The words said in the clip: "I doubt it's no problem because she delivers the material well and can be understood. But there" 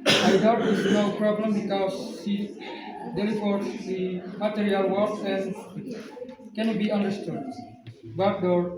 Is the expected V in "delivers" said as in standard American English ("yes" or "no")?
no